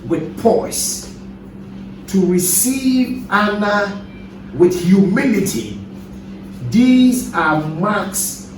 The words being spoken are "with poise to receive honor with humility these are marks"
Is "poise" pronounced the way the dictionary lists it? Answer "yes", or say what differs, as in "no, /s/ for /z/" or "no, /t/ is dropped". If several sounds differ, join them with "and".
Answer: no, /s/ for /z/